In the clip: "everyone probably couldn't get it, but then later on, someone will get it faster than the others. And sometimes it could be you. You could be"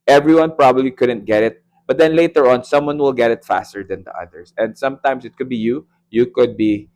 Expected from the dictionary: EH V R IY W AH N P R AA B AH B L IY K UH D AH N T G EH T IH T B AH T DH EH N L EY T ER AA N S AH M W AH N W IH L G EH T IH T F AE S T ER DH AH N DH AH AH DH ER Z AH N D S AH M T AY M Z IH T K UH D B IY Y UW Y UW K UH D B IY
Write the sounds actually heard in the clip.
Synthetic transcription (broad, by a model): EH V R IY W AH N P R AA B AH B L IY K UH D AH N T G EH T IH T B AH T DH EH N L EY T ER AA N S AH M W AH N W IH L G EH T IH T F AE S T ER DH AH N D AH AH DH ER S AH N D S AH M T AY M S IH T K UH D B IY Y UW Y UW K UH D B IY